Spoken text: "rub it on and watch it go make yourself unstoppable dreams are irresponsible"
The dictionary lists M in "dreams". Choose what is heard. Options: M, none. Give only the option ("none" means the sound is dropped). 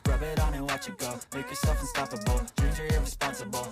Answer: none